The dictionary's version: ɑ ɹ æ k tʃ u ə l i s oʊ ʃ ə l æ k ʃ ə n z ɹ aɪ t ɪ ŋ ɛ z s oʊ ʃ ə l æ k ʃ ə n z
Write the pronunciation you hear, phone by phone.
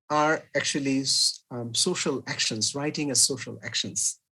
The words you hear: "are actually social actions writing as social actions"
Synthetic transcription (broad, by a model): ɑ ɹ æ k tʃ u ə l i s oʊ ʃ ə l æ k ʃ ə n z ɹ aɪ t ɪ ŋ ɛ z s oʊ ʃ ə l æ k ʃ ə n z